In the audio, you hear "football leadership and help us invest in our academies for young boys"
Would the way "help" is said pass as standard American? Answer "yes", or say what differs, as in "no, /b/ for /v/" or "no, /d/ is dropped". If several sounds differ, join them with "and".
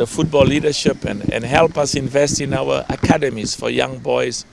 yes